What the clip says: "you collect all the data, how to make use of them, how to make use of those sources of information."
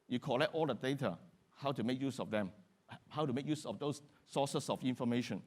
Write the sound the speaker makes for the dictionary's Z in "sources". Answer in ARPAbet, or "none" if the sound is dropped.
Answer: S